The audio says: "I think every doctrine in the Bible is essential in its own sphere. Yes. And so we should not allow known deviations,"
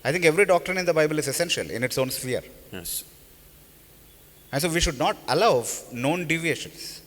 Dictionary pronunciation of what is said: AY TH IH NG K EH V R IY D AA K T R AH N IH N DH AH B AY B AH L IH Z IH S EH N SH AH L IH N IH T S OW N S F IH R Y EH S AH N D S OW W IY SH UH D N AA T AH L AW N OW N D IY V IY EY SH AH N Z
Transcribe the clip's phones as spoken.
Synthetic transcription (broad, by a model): AY T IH NG K EH V R IY D AA K T R AH N IH N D AH B AY B AH L IH Z IH S EH N SH AH L IH N IH T S OW N S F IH R Y EH S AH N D S OW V IY SH UH D N AA T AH L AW N OW N D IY V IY EY SH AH N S